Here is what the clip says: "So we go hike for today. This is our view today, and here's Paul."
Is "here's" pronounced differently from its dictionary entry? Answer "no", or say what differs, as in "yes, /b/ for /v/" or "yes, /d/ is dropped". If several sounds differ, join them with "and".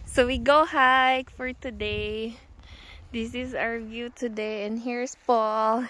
yes, /s/ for /z/